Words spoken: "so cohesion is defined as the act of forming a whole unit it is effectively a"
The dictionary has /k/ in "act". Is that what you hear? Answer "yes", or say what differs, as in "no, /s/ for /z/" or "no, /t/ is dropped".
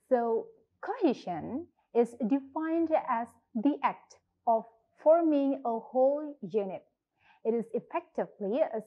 yes